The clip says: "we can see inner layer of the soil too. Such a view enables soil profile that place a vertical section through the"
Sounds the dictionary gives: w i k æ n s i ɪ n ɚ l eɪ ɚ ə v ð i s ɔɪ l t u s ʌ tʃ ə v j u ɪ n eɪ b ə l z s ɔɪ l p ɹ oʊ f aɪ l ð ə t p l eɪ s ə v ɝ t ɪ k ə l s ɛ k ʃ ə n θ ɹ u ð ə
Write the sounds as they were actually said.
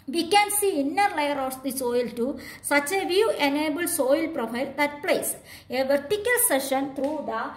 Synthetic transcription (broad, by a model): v i k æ n s i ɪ n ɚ l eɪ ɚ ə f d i s ɔɪ l t u s ʌ tʃ ə v j u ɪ n eɪ b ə l s ɔɪ l p ɹ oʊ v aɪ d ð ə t p l eɪ s ə v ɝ t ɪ k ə l s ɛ ʃ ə n t ɹ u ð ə